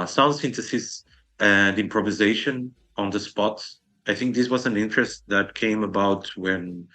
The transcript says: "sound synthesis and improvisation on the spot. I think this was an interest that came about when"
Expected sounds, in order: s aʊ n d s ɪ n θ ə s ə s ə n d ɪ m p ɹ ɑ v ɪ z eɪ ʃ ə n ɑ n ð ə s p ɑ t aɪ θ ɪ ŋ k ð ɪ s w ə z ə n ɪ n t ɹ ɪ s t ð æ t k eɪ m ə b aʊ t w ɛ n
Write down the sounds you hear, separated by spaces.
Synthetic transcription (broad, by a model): s aʊ n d s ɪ n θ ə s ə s ə n d ɪ m p ɹ ɑ v ɪ z eɪ ʃ ə n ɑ n ð ə s p ɑ t aɪ θ ɪ ŋ k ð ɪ s w ə z ə n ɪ n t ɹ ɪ s t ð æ t k eɪ m ə b aʊ t w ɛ n